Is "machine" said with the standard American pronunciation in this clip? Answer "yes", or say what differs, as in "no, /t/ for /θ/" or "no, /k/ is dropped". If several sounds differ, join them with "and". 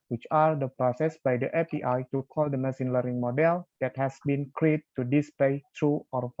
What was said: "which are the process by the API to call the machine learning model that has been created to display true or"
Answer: no, /s/ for /ʃ/